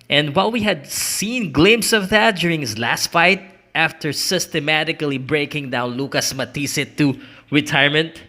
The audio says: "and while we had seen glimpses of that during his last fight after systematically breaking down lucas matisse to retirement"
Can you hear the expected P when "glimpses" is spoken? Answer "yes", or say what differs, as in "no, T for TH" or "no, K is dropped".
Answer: no, P is dropped